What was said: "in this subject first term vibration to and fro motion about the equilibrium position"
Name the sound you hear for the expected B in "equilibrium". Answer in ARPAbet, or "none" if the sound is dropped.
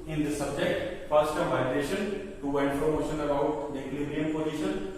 none